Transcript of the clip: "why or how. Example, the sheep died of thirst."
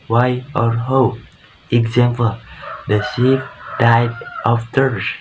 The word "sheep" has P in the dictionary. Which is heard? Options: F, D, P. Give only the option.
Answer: F